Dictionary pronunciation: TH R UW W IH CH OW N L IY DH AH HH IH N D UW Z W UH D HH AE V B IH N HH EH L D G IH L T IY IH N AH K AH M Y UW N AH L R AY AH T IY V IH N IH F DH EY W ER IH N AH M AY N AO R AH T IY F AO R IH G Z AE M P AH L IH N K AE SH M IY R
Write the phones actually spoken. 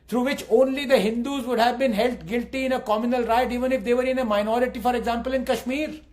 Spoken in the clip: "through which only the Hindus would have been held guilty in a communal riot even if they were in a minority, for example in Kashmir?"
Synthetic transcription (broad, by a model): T R UW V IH CH OW N L IY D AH HH IH N D UW Z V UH D HH AE V B IH N HH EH L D G IH L T IY IH N AH K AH M Y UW N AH L R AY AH T IY V IH N IH F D EY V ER IH N AH M AY N AO R AH T IY F AO R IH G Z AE M P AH L IH N K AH SH M IY R